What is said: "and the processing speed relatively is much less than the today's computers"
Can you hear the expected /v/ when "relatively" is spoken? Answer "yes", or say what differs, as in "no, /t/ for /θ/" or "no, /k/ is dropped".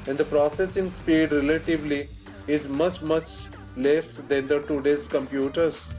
yes